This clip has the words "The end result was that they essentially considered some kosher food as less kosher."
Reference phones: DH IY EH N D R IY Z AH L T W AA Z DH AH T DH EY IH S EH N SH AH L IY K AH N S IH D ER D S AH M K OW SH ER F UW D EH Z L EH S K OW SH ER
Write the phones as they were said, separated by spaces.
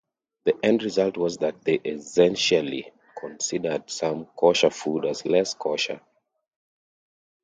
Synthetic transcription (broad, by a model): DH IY EH N D R IY Z AH L T W AA Z DH AH T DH EY IH S EH N SH AH L IY K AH N S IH D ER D S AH M K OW SH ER F UW D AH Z L EH S K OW SH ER